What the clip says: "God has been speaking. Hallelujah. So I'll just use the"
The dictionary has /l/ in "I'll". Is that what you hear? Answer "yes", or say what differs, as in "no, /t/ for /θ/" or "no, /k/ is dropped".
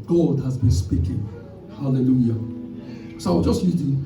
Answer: no, /w/ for /l/